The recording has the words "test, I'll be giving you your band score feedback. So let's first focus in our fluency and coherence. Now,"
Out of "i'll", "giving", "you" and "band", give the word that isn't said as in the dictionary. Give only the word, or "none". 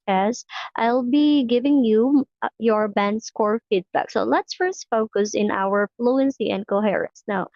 none